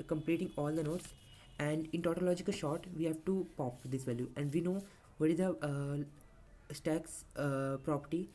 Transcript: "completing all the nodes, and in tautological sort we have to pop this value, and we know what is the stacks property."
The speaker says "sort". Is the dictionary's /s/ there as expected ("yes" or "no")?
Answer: no